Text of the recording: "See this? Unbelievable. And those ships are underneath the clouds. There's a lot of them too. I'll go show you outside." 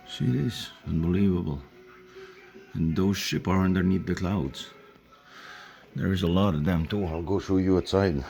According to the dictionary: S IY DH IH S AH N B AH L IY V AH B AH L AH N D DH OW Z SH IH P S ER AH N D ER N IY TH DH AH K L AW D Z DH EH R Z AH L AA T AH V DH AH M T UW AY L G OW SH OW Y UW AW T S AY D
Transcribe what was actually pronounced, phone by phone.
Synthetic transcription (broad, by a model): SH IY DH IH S AH N B AH L IY V AH B AH L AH N DH OW Z SH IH P ER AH N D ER N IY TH DH AH K L AW D Z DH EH R Z AH L AA T AH V DH AH M T UW AY L G OW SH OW Y UW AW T S AY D